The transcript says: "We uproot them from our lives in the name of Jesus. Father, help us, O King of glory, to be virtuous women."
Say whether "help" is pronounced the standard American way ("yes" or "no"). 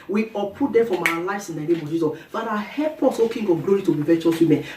no